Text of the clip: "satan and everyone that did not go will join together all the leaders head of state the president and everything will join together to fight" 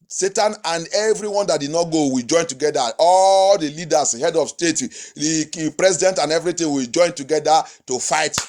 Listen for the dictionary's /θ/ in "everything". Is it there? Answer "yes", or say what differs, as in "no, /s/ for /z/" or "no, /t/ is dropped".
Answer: no, /t/ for /θ/